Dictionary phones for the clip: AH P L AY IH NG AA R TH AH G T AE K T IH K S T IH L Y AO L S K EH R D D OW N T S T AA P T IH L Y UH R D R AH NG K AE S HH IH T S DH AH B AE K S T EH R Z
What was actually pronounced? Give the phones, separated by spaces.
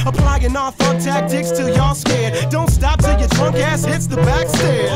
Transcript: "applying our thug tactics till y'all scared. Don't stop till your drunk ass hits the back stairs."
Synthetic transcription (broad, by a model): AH P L AY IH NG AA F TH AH T AE K T IH K S T IH L Y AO S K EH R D D OW N T S T AA P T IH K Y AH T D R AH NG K AE S IH T S DH AH B AE K S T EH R